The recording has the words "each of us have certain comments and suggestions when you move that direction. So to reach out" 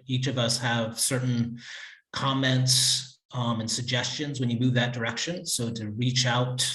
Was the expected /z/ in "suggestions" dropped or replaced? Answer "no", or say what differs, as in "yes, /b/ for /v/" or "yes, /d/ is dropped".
no